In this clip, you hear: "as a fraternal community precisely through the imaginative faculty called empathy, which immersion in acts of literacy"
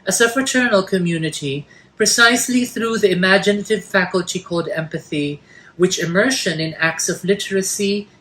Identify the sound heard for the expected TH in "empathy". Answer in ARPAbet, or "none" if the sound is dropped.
TH